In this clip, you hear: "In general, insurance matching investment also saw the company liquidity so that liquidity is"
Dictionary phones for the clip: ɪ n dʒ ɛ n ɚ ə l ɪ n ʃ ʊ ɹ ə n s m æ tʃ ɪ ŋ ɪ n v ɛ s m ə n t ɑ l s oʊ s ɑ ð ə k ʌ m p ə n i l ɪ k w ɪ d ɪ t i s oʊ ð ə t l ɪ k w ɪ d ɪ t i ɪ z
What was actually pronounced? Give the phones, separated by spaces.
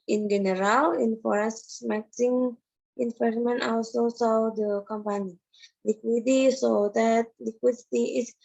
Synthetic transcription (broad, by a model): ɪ n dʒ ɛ n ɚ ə l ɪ n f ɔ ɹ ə s m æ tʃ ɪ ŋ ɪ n f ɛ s m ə n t ɑ l s oʊ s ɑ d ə k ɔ m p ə n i l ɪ k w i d i s oʊ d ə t l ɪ k w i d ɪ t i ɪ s